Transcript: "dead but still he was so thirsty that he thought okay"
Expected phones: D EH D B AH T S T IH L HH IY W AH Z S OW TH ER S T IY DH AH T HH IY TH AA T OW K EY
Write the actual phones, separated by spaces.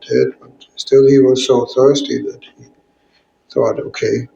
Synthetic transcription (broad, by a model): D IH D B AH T S T IH L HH IY W AH Z S OW TH ER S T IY DH AH T HH IY TH AA T OW K EY